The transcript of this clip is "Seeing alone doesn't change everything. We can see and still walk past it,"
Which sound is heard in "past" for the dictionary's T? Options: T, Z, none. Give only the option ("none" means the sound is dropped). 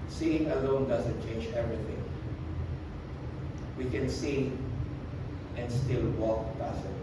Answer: none